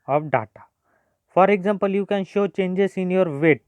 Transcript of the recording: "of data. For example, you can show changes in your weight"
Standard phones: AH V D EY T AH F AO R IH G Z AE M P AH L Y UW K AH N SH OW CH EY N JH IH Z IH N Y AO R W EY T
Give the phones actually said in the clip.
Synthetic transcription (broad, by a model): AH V D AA T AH F AO R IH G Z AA M P AH L Y UW K AH N SH OW CH EY N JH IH S IH N Y AO R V EY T